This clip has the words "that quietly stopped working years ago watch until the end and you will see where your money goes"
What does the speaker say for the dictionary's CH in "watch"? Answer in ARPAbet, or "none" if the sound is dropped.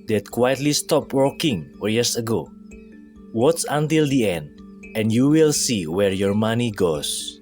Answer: S